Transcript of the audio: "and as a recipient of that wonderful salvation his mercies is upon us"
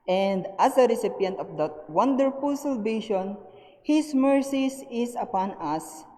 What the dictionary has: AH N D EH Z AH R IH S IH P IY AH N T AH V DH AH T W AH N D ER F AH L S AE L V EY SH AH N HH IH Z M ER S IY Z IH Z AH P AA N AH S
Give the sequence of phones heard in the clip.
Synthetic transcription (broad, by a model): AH N D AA S AH R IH S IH P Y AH N T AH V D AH T W AH N D ER F AH L S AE L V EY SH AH N HH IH S M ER S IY S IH S AH P AA N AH S